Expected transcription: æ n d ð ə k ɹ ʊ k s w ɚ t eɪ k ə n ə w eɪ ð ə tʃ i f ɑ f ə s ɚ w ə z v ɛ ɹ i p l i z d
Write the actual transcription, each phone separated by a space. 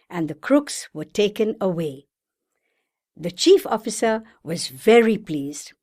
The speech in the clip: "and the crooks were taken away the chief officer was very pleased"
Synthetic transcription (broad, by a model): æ n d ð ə k ɹ ʊ k s w ɚ t eɪ k ə n ə w eɪ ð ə tʃ i f ɑ f ə s ɚ w ə z v ɛ ɹ i p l i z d